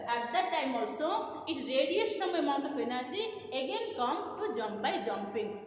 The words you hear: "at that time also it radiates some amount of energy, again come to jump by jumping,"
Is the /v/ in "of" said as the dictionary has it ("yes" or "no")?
no